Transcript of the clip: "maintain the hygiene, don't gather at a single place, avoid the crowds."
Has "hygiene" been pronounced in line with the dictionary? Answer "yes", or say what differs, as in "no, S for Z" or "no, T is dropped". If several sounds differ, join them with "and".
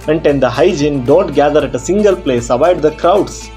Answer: yes